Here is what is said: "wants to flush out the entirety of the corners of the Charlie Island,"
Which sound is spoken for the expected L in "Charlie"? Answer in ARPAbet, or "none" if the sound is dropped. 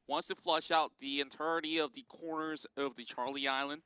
L